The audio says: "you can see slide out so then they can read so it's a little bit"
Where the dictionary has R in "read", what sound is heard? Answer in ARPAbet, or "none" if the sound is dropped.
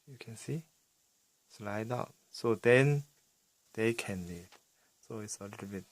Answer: L